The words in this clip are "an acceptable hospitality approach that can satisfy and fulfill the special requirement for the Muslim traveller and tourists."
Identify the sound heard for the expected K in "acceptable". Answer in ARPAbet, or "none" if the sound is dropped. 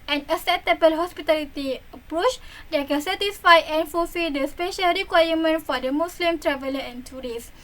none